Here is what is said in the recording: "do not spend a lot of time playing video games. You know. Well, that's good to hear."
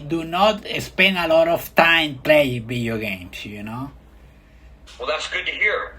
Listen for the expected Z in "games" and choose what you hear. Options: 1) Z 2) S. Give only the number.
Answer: 2